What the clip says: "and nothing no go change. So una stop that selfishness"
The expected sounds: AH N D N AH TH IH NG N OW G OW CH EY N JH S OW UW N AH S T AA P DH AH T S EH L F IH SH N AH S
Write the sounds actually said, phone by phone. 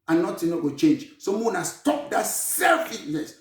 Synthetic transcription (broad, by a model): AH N N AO T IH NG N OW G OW CH EY N JH S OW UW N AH S T AA P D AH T S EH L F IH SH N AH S